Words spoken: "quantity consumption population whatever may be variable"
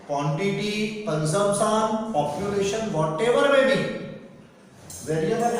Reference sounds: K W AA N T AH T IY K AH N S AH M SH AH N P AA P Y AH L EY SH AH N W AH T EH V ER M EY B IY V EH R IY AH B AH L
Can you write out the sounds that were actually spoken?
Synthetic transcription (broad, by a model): K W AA N T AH T IY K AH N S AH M S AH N P AA P Y AH L EY SH AH N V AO T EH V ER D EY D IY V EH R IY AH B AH